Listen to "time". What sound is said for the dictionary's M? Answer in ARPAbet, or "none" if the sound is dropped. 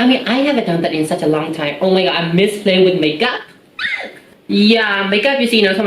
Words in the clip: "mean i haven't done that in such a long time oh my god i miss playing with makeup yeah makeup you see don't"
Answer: M